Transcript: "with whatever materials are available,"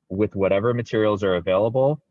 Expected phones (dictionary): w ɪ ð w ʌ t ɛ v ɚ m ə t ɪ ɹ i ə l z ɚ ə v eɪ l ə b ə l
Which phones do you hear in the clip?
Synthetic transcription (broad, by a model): w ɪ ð w ʌ t ɛ v ɚ m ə t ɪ ɹ i l z ɚ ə v eɪ l ə b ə l